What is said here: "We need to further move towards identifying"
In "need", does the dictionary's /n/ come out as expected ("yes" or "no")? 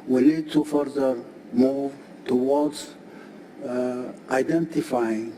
no